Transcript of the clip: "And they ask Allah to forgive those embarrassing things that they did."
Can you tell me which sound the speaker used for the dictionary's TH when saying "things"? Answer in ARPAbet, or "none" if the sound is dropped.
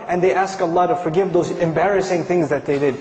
TH